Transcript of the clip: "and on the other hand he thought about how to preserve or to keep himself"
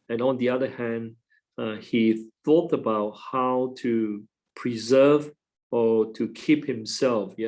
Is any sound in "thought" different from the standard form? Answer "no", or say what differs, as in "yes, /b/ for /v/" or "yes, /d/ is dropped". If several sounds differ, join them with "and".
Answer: no